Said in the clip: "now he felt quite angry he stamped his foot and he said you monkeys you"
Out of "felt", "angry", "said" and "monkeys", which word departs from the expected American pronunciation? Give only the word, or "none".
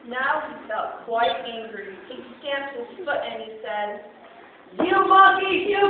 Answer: monkeys